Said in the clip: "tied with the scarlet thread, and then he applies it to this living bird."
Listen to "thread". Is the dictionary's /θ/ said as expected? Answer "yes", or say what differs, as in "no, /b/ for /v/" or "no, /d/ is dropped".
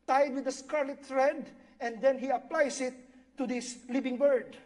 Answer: no, /t/ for /θ/